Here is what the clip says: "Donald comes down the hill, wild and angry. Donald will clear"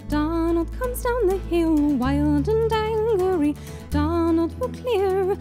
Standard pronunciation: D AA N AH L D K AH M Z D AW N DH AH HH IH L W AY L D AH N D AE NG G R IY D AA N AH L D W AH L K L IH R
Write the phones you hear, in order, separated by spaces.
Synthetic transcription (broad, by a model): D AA N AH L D K AH M Z D AW N DH AH HH IH L W AY L D AH N D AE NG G R IY D AA N AH L D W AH K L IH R